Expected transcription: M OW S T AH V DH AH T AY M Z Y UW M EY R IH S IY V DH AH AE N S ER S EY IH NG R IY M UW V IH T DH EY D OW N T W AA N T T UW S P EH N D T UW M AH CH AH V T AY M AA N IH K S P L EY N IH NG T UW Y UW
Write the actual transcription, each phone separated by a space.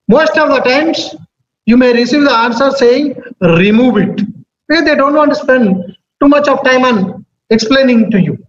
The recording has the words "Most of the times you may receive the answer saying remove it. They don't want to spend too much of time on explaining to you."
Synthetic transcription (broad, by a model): M OW S T AH V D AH T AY M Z Y UW M EY R IH S IY V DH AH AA N S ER S EY IH NG R IY M UW V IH T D EY D OW N T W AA N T T UW S P EH N D T UW M AH CH AH V T AY M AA N IH K S P L EY N IH NG T UW Y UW